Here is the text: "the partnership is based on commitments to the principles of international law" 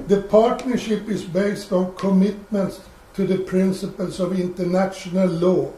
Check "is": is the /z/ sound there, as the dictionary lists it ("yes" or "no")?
no